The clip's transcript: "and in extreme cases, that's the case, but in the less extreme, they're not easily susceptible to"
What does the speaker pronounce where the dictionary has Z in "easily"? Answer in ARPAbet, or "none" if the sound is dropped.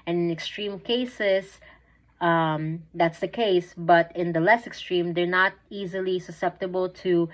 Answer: Z